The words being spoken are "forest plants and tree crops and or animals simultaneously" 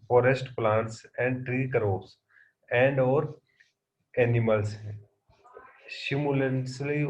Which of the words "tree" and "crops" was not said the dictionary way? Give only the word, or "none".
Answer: crops